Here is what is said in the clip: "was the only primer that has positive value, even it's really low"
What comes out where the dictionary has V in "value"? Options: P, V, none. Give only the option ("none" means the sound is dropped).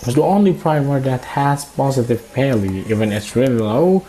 P